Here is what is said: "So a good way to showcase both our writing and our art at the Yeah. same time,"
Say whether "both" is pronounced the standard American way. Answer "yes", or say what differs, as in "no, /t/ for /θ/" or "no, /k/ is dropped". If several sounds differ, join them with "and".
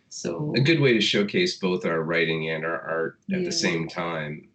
yes